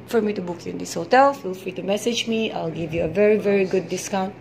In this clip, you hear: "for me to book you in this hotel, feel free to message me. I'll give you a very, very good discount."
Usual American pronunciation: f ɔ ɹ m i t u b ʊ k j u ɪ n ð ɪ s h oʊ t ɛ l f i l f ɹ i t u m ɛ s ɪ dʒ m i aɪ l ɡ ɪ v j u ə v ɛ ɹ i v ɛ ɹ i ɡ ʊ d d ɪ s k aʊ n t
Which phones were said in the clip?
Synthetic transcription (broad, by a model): f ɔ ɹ m i t u b ʊ k j u ɪ n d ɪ s h oʊ t ɛ l f i l f ɹ i t u m ɛ s ɪ dʒ m i aɪ l ɡ ɪ v j u ə v ɛ ɹ i v ɛ ɹ i ɡ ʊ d d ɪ s k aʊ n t